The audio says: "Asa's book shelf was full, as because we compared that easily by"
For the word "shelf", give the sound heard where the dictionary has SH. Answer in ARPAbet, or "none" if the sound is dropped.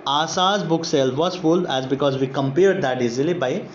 S